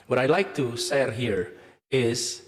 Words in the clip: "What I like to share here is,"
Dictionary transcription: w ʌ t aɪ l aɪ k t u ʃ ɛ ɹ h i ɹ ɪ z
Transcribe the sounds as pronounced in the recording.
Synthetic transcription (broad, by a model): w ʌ t aɪ l aɪ k t u s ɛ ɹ h i ɹ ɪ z